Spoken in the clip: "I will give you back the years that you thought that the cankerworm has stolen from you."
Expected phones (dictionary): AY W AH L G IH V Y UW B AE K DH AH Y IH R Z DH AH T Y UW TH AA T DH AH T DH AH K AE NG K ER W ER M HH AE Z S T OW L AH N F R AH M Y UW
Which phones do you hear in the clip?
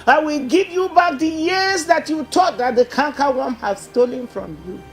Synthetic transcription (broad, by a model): AY W AH L G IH V Y UW B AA K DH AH Y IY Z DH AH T Y UW T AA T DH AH T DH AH K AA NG K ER W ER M HH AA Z S T OW L AH N F R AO M Y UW